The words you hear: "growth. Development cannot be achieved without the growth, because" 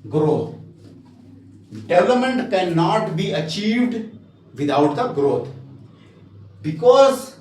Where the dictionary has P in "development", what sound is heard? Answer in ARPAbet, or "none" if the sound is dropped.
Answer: none